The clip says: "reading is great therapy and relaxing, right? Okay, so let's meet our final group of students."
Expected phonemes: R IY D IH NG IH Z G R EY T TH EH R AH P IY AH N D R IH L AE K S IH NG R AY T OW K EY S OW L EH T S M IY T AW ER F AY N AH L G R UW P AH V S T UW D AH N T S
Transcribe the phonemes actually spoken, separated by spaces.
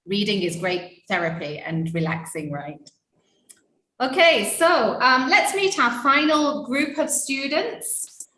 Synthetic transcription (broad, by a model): R IY D IH NG IH Z G R EY T TH EH R AH P IY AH N R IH L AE K S IH NG R AY T OW K EY S OW L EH T S M IY T AW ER F AY N AH L G R UW P AH V S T UW D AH N T S